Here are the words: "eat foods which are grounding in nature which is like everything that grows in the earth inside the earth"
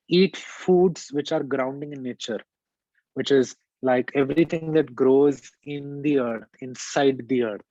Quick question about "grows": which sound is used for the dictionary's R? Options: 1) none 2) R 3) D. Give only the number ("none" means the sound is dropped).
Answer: 2